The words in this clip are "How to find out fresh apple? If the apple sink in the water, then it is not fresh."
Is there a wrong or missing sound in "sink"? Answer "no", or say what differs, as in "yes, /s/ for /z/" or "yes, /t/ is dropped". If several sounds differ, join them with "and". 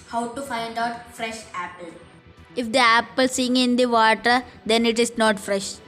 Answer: yes, /k/ is dropped